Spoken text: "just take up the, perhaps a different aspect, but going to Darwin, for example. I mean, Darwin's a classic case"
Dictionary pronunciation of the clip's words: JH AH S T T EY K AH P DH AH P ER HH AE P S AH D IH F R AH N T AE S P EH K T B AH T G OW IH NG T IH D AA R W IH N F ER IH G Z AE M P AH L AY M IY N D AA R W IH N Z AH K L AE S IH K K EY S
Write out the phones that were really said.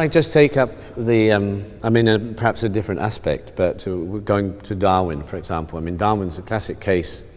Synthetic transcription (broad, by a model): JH AH S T T EY K AH P DH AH P ER HH AE P S AH D IH F R AH N T AE S P EH K T B AH T G OW IH NG T IH D AA R W IH N F ER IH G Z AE M P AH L AY M IY N D AA R W IH N Z AH K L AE S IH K K EY S